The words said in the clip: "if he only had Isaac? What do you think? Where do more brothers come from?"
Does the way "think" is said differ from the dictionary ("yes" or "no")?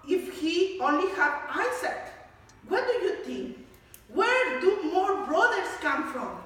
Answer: yes